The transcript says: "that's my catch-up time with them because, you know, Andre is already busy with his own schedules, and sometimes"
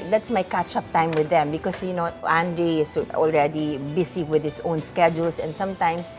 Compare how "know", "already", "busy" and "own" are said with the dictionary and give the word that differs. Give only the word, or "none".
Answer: busy